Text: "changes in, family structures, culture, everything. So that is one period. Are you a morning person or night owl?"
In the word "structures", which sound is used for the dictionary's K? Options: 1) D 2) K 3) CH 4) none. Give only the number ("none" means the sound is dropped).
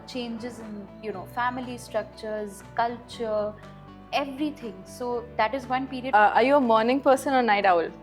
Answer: 2